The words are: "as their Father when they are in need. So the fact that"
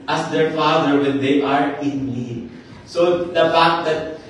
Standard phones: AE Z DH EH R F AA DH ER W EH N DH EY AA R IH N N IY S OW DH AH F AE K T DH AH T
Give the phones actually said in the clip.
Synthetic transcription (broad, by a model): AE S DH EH R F AA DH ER W EH N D EY AA R IH N L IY S OW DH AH F AE K T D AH T